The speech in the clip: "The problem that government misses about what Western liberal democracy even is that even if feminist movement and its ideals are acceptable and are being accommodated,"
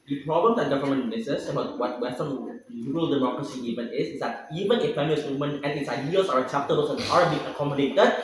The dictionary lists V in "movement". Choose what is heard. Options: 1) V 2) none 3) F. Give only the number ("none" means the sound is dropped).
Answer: 2